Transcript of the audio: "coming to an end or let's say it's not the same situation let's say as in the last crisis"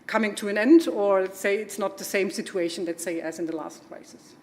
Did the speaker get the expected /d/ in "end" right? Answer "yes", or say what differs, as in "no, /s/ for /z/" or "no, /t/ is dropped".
yes